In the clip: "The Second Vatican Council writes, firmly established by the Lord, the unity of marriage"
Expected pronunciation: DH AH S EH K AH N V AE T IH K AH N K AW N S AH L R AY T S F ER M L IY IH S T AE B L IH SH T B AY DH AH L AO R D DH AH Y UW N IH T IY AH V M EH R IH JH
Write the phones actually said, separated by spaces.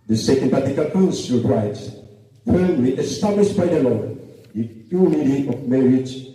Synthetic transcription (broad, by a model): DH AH S EH K AH N P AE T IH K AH L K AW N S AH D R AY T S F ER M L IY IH S T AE B L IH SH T B AY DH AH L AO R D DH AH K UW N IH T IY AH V M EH R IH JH